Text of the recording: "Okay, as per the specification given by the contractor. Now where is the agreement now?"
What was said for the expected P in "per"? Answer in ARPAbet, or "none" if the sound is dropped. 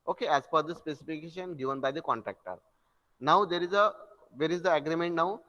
F